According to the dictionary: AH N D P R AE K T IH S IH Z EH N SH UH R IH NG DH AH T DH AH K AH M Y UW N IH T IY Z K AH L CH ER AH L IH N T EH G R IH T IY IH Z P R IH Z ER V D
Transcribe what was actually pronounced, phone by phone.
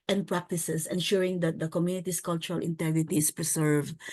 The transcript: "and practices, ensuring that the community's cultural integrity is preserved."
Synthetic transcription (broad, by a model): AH N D P R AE K T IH S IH S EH N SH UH R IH NG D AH T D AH K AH M Y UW N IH T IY S K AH L CH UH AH L IH N T EH G R IH T IY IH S P R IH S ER V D